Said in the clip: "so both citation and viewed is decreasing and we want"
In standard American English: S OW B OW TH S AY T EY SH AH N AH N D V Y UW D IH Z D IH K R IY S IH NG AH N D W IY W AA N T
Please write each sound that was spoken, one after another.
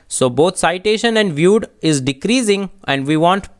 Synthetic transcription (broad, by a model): S OW B OW T S AY T EY SH AH N AH N D V Y UW D IH Z D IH K R IY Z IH NG AH N D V IY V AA N T